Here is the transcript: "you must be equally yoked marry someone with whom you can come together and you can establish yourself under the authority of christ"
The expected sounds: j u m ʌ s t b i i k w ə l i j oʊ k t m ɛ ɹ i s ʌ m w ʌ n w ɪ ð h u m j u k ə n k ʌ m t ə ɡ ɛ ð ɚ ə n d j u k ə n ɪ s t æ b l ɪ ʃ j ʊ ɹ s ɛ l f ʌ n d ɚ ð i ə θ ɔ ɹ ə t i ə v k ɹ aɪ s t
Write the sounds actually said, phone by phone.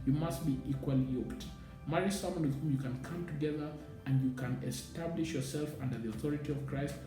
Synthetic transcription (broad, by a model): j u m ʌ s t b i i k w ə l i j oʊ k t m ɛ ɹ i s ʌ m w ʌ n w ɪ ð h u m j u k ə n k ʌ m t ə ɡ ɛ ð ɚ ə n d j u k ə n ɪ s t æ b l ɪ ʃ j ʊ ɹ s ɛ l f ʌ n d ɚ ð i ə θ ɔ ɹ ə t i ə v k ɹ aɪ s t